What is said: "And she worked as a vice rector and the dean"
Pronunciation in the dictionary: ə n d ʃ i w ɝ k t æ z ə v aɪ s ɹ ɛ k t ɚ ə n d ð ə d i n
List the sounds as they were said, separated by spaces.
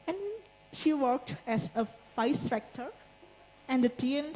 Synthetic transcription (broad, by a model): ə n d ʃ i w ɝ k t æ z ə f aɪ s ɹ ɛ k t ɚ ə n d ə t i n